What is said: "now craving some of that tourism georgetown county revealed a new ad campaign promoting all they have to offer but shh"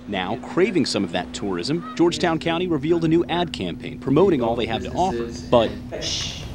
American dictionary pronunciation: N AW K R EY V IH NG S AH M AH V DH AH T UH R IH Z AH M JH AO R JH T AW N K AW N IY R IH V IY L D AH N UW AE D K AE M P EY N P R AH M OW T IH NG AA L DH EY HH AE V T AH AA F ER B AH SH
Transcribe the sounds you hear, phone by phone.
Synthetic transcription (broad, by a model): N AW K R EY V IH NG S AH M AH V DH AH T UH R IH Z AH M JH AO R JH T AW N K AW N IY R IH V IY L D AH N UW AE D K AE M P EY N P R AH M OW T IH NG AA L DH EY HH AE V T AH AA F ER B AH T